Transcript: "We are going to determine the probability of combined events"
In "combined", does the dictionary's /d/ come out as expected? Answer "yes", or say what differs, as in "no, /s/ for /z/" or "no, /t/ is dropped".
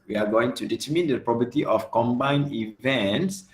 no, /d/ is dropped